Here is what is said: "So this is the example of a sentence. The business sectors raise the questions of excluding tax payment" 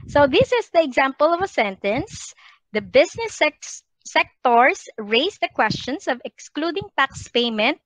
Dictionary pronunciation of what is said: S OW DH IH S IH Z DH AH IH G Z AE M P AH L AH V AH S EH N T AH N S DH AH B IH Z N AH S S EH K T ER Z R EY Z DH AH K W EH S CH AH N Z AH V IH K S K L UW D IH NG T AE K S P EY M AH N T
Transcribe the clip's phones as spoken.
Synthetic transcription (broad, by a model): S OW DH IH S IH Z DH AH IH G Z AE M P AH L AH V AH S EH N T AH N S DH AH B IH S N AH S S EH K T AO S R EY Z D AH K W EH S CH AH N S AH V IH K S K L UW D IH NG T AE K S P EY M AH N T